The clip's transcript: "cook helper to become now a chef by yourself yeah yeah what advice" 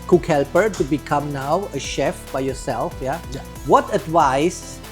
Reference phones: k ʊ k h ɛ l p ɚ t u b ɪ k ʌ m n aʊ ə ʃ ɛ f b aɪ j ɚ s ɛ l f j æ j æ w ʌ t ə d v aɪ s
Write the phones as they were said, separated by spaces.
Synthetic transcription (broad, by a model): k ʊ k h ɛ l p ɚ t u b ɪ k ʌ m n aʊ ə ʃ ɛ f b aɪ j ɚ s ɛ l f j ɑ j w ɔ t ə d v aɪ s